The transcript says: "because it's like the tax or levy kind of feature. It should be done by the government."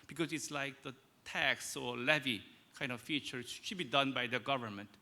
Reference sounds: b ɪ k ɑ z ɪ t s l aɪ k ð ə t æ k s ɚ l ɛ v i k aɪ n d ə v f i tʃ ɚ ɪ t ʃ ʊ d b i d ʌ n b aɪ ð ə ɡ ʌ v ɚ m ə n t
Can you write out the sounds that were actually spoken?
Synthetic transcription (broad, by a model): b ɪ k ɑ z ɪ t s l aɪ k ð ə t æ k s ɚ l ɛ v i k aɪ n d ə v f i tʃ ɚ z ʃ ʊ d b i d ʌ n b aɪ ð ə ɡ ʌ v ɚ m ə n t